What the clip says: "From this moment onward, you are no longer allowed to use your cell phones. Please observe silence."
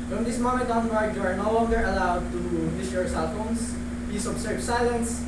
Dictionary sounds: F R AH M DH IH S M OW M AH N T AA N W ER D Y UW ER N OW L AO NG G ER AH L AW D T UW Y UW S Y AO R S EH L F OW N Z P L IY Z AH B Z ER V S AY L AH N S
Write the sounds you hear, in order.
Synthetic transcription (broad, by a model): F R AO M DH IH S M OW M AH N T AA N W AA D Y UW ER N OW L AO NG G ER AH L AW D T UW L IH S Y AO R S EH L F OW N S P IY S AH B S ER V S AY L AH N S